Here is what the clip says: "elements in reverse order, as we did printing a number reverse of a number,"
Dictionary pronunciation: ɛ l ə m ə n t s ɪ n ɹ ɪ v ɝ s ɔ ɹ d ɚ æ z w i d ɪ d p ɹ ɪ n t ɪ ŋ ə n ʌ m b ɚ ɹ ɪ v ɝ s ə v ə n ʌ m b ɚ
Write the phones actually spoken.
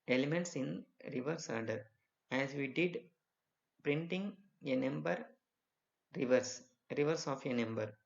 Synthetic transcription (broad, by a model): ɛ l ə m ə n t s ɪ n ɹ ɪ v ɝ s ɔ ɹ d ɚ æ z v i d ɪ d p ɹ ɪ n t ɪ ŋ ə n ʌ m b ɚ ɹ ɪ v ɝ s ə v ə n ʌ m b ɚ